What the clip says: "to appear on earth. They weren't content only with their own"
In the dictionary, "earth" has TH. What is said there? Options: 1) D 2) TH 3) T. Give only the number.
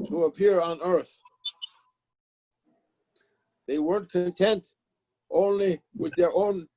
2